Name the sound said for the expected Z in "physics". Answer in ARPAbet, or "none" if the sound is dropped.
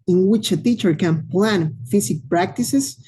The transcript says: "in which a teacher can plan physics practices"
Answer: S